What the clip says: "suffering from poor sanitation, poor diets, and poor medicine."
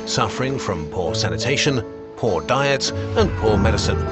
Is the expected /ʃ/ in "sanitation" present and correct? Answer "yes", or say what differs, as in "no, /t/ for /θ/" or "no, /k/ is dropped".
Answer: yes